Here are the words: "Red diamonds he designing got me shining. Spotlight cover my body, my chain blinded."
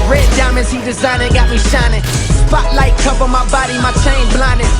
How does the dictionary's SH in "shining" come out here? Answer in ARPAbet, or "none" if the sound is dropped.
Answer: SH